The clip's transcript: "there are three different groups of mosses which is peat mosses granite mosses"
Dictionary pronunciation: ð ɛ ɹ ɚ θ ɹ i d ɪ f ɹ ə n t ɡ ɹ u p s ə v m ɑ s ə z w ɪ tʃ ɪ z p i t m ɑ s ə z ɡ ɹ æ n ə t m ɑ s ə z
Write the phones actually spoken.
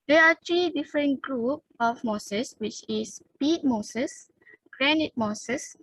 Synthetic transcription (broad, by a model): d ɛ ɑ t ɹ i d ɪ f ɹ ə n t ɡ ɹ u p ə f m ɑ s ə s w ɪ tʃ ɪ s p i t m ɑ s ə s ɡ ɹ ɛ n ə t m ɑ s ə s